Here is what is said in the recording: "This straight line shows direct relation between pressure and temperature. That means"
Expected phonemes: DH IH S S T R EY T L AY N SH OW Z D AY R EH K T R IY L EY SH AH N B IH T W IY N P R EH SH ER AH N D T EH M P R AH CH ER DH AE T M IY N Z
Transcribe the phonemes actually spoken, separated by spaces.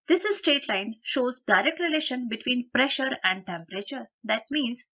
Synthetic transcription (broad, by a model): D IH S S T EY T L AY N SH OW Z D AY R EH K T R IY L EY SH AH N B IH T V IY N P R EH SH ER AH N D T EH M P R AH CH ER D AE T M IY N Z